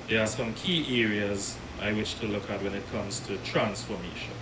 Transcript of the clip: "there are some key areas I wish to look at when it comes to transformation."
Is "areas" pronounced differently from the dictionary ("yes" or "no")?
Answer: no